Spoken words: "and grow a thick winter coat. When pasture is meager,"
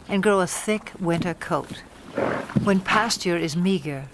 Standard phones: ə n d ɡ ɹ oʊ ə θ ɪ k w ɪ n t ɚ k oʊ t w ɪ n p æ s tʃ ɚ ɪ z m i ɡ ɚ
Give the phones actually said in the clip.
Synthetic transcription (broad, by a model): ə n ɡ ɹ oʊ ə θ ɪ k w ɪ n t ɚ k oʊ t w ɪ n p æ s tʃ ɚ ɪ z m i ɡ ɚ